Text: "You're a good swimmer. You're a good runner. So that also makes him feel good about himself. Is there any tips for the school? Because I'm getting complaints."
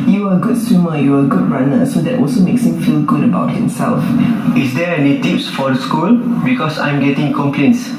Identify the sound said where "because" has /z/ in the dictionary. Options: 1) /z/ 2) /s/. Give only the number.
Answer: 2